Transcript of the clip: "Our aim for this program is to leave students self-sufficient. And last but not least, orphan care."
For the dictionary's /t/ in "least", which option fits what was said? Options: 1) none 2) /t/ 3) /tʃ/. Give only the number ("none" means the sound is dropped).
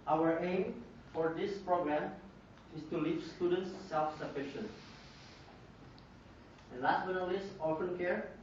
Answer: 1